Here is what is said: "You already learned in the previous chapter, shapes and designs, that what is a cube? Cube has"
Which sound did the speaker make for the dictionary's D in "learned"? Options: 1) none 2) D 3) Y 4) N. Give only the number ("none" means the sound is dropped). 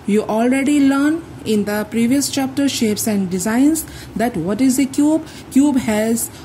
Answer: 1